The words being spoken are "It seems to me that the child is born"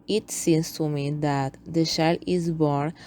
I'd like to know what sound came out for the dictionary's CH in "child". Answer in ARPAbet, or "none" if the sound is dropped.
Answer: SH